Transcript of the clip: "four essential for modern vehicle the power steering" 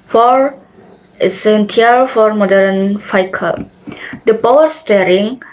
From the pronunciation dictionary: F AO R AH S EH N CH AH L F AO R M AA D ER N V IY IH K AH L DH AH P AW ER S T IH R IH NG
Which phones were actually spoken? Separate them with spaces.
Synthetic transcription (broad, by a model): F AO R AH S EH N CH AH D F AO R M AA D ER N F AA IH K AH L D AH P AW ER S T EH R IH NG